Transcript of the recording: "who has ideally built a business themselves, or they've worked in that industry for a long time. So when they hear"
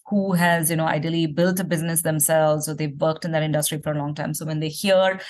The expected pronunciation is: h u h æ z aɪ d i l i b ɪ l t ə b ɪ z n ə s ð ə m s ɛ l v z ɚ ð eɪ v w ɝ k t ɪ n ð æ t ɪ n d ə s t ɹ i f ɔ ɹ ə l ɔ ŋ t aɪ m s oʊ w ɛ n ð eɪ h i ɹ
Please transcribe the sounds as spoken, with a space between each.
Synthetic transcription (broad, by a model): h u h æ z aɪ d i l i b ɪ l t ə b ɪ z n ə s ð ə m s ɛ l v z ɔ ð eɪ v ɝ k t ɪ n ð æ t ɪ n d ə s t ɹ i f ɔ ɹ ə l ɔ ŋ t aɪ m s oʊ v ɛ n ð eɪ h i ɹ